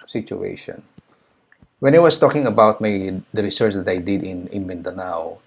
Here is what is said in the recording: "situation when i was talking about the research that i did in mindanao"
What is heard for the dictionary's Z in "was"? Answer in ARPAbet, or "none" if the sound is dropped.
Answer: S